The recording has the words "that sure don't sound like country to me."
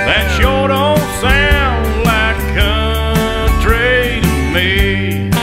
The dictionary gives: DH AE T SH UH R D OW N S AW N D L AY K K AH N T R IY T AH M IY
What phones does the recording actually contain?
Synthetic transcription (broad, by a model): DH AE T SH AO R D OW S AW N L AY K K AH T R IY T AH M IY